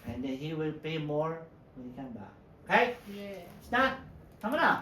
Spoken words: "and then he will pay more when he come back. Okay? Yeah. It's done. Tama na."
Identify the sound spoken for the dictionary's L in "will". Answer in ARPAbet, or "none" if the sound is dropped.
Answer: L